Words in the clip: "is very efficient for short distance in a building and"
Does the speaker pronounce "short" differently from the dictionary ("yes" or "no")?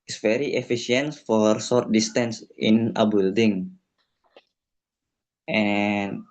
yes